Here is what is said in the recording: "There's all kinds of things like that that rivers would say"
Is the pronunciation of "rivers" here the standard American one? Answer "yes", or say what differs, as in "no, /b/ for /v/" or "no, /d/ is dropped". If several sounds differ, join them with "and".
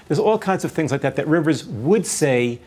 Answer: yes